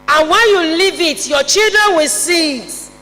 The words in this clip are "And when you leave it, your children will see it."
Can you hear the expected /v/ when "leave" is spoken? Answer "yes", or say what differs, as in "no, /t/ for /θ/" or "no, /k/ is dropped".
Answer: yes